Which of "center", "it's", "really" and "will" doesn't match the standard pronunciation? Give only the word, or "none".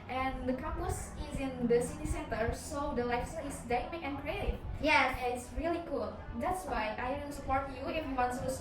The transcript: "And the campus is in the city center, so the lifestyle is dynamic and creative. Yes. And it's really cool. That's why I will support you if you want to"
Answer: will